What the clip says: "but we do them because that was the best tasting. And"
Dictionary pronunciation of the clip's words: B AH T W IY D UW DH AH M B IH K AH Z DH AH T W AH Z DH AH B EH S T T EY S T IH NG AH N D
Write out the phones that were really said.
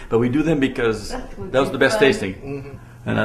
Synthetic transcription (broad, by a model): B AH T W IY D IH DH AH M B IH K AH Z DH AH T W AH Z DH AH B EH S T T EY S T IH NG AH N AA